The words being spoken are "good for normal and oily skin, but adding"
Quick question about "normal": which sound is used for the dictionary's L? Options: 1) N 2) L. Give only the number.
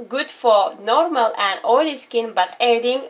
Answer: 2